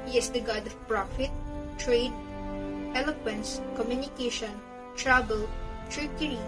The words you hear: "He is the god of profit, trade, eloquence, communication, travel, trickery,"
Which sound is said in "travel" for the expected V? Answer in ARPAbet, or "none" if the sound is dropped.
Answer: B